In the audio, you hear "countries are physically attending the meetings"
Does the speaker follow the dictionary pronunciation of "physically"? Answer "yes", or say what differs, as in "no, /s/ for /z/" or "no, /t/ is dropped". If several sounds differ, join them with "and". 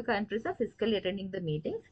no, /s/ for /z/